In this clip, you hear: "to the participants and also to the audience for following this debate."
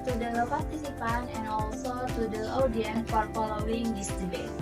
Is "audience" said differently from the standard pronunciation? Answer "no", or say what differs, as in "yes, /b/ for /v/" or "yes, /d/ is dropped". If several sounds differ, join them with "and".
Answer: yes, /s/ is dropped